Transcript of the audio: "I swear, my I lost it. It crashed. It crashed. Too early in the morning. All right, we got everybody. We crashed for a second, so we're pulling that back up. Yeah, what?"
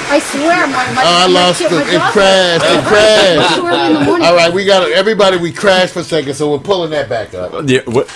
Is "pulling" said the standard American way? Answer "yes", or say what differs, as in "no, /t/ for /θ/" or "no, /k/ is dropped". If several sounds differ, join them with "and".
yes